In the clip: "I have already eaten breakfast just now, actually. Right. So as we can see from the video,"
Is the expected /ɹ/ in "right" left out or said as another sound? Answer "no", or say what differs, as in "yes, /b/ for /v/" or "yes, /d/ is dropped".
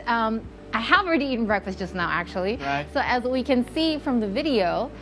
yes, /l/ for /ɹ/